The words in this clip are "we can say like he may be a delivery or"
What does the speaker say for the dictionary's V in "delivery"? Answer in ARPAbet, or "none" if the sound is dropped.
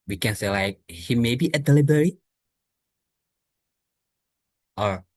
B